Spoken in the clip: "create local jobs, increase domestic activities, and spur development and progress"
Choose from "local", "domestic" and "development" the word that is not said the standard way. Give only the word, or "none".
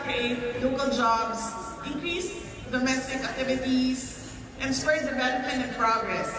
development